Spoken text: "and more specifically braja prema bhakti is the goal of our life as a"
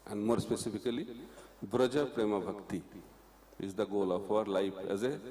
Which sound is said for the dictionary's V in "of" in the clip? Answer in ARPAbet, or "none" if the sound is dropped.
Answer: P